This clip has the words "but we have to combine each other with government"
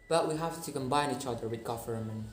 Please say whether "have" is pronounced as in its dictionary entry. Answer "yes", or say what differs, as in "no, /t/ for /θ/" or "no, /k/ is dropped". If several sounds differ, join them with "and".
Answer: no, /f/ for /v/